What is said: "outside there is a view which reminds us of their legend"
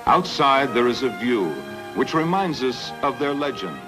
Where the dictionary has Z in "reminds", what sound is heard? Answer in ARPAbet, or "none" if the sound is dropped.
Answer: Z